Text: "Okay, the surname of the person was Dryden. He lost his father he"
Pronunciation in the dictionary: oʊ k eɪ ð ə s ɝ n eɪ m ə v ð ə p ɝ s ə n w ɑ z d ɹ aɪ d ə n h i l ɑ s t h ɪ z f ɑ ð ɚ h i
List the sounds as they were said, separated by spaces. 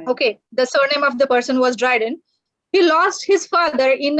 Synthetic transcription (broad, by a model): oʊ k eɪ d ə s ɝ n eɪ m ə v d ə p ɝ s ə n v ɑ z d ɹ aɪ d ə n h i l ɑ s t h ɪ z f ɑ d ɚ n